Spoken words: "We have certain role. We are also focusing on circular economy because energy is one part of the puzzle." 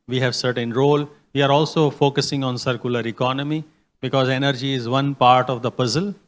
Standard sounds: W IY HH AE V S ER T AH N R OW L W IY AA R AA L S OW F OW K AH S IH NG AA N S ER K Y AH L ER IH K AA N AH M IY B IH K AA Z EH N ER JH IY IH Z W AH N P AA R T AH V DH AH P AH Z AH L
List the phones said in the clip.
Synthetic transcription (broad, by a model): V IY HH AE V S ER T AH N R OW L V IY AA R AA L S OW F OW K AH S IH NG AA N S ER K Y AH L ER IH K AA N AH M IY B IH K AA Z EH N ER JH IY IH Z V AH N P AA R T AH V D AH P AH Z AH L